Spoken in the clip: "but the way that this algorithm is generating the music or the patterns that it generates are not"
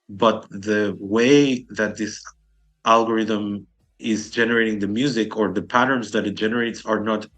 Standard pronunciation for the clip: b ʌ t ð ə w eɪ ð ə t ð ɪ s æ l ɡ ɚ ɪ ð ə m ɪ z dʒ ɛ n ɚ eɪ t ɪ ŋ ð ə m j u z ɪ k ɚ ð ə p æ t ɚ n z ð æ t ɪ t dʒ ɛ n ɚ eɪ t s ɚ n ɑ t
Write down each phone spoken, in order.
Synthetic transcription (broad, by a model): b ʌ t ð ə w eɪ ð ə t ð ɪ s æ l ɡ ɚ ɪ ð ə m ɪ z dʒ ɛ n ɚ eɪ t ɪ ŋ ð ə m j u z ɪ k ɚ ð ə p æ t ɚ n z ð æ t ɪ t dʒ ɛ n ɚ eɪ t s ɚ n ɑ t